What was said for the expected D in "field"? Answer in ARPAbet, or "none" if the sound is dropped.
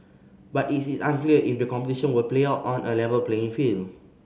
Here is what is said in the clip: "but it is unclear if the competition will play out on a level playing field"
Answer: none